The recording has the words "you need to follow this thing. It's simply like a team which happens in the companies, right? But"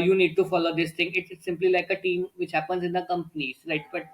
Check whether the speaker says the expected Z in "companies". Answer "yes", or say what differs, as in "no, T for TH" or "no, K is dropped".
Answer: no, Z is dropped